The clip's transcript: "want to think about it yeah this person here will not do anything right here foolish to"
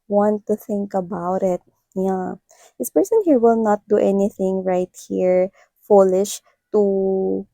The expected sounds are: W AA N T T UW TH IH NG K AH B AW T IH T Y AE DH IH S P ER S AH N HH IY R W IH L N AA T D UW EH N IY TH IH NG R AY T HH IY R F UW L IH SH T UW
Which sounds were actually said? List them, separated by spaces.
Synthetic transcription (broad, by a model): W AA N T T UW TH IH NG K AH B AW T IH T Y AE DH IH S P ER S AH N HH IY R W IH L N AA T D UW EH N IY TH IH NG R AY T HH IY R F UW L IH SH T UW